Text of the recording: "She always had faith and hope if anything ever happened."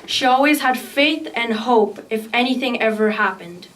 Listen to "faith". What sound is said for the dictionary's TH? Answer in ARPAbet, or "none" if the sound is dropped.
TH